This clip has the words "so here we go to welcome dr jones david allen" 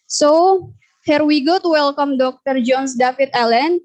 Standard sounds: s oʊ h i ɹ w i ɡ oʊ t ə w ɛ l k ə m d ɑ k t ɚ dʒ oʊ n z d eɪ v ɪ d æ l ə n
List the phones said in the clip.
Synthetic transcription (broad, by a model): s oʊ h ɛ ɹ w i ɡ oʊ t w ɛ l k ə m d ɑ k t ɚ dʒ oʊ n s d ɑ f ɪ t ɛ l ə n